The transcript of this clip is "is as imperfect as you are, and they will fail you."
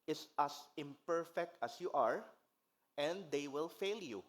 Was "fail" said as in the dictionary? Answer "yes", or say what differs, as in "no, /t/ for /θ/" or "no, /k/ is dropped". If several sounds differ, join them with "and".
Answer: yes